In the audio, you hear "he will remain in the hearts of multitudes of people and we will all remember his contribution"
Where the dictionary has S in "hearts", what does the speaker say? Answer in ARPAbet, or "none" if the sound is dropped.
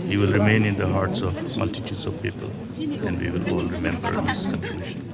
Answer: S